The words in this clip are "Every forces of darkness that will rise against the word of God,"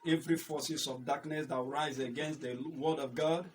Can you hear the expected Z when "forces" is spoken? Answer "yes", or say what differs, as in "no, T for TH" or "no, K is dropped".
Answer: no, S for Z